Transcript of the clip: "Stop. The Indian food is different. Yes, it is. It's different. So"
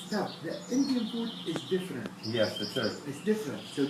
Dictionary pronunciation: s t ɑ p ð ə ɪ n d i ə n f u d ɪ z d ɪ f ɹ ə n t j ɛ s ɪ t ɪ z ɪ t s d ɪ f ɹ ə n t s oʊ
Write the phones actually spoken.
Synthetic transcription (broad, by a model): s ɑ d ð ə ɪ n d i ə n p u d ɪ z d ɪ f ɹ ə n t j ɛ s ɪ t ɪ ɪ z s d ɪ f ɹ ə n t s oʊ